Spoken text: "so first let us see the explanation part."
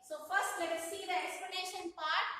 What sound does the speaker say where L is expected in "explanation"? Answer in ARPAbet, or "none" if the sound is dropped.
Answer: none